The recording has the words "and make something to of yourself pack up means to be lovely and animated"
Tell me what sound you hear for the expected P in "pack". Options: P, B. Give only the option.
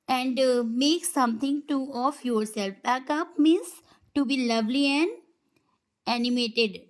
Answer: B